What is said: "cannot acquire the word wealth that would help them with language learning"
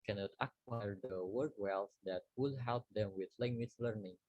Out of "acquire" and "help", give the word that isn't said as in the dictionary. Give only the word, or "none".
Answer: none